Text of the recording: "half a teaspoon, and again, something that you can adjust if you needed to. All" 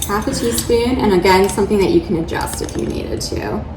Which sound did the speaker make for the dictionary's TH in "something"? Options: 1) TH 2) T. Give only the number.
1